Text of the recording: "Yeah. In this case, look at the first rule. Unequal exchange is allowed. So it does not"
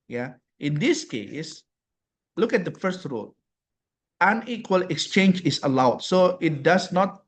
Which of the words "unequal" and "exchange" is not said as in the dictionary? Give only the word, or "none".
none